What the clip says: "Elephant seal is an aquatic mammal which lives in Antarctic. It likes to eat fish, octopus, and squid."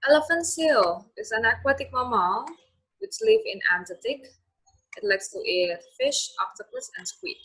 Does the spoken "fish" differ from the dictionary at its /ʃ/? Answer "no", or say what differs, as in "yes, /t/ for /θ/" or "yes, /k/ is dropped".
no